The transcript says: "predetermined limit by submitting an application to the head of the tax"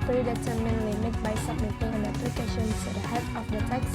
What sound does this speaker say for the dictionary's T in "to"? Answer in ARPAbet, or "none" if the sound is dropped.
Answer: S